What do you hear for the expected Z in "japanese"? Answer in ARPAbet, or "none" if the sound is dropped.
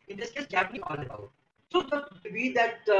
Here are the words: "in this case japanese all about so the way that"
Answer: none